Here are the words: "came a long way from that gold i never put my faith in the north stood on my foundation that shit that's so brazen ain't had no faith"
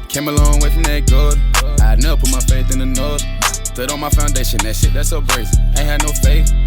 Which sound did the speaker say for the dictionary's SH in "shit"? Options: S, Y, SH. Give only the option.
S